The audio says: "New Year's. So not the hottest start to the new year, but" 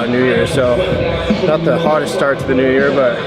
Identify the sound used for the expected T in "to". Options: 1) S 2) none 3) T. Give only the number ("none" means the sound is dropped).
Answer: 1